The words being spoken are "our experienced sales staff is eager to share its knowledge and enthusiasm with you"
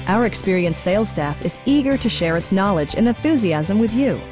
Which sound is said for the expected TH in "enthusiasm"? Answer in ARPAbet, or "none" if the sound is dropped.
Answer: TH